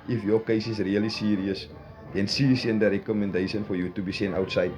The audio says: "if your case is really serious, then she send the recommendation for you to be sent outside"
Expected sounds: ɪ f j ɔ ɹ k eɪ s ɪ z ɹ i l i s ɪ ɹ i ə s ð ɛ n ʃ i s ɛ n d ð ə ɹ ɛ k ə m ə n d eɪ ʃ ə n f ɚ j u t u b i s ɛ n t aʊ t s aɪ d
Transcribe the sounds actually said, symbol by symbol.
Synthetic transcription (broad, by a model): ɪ f j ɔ k eɪ s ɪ s ɹ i l i s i ɹ i ə s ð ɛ n s i s ɛ n d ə ɹ ɛ k ə m ə n d eɪ ʃ ə n f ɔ j u t u b i s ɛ n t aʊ t s aɪ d